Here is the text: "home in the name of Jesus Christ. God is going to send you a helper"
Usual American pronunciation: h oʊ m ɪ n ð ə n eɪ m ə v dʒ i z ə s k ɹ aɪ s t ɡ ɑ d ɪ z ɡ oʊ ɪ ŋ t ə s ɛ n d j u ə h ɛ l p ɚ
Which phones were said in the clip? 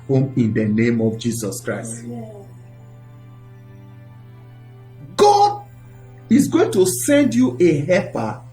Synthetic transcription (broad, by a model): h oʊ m ɪ n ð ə n eɪ m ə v dʒ i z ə s k ɹ aɪ s t ɡ ɑ d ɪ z ɡ oʊ ɪ ŋ t ə s ɛ n d j u ə h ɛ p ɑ